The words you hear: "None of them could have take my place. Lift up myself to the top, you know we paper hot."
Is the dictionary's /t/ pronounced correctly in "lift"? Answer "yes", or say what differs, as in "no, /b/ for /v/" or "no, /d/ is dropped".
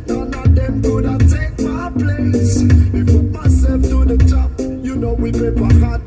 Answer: no, /t/ is dropped